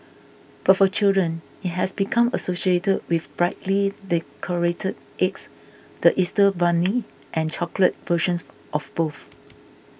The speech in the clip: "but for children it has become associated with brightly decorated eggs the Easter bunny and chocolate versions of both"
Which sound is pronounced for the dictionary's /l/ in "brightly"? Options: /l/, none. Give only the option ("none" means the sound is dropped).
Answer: /l/